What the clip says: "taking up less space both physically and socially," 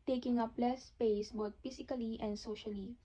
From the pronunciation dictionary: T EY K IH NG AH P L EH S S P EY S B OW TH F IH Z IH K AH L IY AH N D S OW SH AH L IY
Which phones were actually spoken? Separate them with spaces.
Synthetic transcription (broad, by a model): T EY K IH NG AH P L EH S S P EY S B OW T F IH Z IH K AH L IY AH N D S OW SH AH L IY